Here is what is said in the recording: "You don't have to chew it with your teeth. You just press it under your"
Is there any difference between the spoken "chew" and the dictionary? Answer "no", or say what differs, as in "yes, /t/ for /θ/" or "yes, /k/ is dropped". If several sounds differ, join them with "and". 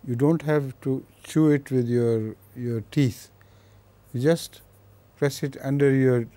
no